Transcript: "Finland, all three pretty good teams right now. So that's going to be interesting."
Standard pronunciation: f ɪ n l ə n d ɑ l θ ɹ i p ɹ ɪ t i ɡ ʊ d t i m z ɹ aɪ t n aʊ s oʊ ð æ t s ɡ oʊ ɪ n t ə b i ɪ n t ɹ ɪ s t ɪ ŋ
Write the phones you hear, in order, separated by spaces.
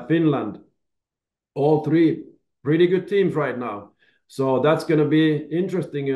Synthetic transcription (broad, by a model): f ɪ n l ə n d ɑ l θ ɹ i p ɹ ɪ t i ɡ ʊ d t i m z ɹ aɪ t n aʊ s oʊ ð æ t s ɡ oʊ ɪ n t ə b i ɪ n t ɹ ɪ s t ɪ ŋ